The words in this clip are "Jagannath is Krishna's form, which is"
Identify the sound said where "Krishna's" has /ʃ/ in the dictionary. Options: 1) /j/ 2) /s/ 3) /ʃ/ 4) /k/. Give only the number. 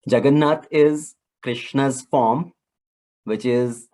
3